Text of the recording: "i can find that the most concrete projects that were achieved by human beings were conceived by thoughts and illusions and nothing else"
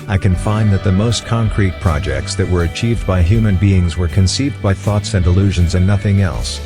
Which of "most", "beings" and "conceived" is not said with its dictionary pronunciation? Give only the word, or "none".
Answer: none